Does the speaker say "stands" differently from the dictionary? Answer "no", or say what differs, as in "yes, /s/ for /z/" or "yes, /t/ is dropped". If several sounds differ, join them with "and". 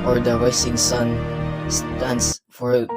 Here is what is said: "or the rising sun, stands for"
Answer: yes, /s/ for /z/